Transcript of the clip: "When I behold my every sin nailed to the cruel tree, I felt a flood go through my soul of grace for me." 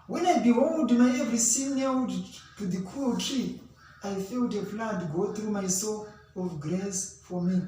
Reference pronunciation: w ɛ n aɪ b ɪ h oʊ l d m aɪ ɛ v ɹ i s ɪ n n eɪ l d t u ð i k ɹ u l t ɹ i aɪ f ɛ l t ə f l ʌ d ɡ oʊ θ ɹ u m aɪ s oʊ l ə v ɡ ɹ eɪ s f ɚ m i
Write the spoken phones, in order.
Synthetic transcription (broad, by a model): w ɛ n aɪ b ɪ h oʊ l d m aɪ ɛ v ɹ i s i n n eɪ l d t u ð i k u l t ɹ i aɪ f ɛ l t ə p l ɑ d ɡ oʊ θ ɹ u m aɪ s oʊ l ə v ɡ ɹ eɪ s f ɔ m i